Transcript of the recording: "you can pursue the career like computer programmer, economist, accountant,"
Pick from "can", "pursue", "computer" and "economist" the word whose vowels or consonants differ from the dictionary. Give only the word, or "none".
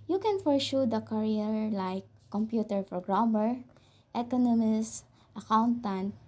pursue